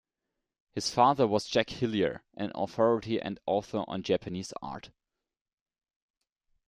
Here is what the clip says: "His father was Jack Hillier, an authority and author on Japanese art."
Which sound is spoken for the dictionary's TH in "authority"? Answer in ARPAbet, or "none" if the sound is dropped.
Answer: TH